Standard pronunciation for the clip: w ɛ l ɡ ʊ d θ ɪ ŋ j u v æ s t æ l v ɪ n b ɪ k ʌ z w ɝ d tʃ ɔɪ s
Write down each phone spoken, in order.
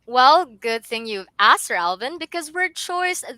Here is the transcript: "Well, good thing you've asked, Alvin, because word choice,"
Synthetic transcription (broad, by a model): w ɛ l ɡ ʊ d θ ɪ ŋ j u v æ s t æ l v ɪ n b ɪ k ʌ z w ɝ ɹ tʃ ɔɪ s